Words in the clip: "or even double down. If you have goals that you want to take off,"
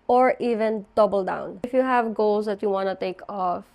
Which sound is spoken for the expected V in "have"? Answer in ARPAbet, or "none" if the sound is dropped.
V